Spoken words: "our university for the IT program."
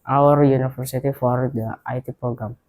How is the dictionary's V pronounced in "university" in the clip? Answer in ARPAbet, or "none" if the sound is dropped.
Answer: F